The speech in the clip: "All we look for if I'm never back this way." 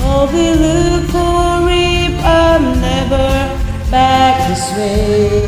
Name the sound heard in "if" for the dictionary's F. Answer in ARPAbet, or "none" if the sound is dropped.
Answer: P